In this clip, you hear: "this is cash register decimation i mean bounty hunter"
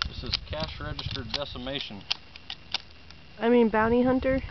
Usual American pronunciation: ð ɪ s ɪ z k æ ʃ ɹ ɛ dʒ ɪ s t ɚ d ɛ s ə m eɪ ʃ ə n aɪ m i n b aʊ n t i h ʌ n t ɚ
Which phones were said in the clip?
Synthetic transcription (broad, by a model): ð ɪ s ɪ z k æ ʃ ɹ ɛ dʒ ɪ s t ɚ d ɛ s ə m eɪ ʃ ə n aɪ m i n b aʊ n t i h ʌ n t ɚ